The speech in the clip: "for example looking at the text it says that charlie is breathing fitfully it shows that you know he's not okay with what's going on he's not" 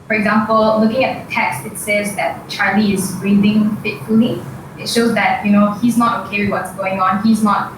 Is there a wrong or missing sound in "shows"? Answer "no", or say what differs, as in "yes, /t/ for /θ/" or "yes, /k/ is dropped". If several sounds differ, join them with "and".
no